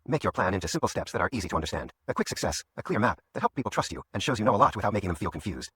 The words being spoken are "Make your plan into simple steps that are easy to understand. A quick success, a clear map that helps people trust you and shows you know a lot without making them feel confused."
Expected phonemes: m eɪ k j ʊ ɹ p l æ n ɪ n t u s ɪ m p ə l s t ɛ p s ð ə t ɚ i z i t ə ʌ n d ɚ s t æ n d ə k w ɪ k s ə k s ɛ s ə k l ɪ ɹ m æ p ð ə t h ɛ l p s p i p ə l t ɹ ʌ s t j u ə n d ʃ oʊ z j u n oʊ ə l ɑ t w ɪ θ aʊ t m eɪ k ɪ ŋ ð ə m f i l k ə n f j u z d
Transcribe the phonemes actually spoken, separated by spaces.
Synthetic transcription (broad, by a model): m eɪ k j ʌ ɹ p l æ n ɪ n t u s ɪ m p l s t ɛ p s ð ə t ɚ i z i t ə ʌ n d ɚ s t æ n d ə k w ɪ k s ə k s ɛ s ə k l ɪ ɹ m æ p ð ə t h ɛ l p p i p l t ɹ ʌ s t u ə n ʃ oʊ z j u n oʊ ə l ɑ t w ɪ θ aʊ t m eɪ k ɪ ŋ ð ə m f i l k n f j u z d